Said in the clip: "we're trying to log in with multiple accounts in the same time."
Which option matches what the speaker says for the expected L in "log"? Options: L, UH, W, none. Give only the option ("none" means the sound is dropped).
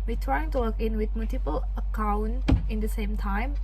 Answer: W